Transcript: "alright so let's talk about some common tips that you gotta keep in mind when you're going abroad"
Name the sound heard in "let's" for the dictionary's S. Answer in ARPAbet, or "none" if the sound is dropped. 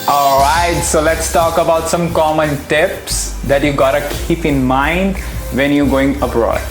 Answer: S